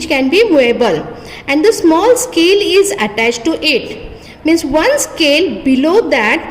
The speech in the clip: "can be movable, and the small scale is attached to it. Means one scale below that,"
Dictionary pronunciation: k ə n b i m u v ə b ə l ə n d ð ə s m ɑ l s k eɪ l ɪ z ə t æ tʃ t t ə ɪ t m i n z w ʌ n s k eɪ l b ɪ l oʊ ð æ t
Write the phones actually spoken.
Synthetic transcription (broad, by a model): k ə n b i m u ə b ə l ə n d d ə s m ɑ l s k eɪ l ɪ z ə t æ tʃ t t ɪ t m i n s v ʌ n s k eɪ l b ɪ l oʊ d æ t